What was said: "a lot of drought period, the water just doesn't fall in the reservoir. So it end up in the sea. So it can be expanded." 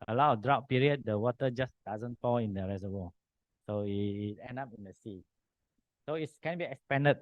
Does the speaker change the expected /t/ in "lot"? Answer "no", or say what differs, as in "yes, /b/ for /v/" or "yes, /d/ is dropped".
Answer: yes, /t/ is dropped